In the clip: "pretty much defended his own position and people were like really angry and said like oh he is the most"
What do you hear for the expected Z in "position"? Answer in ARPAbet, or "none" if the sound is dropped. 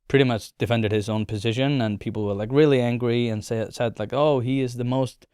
Z